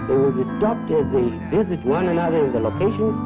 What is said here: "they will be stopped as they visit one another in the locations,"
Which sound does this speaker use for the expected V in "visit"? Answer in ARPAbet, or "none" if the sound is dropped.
V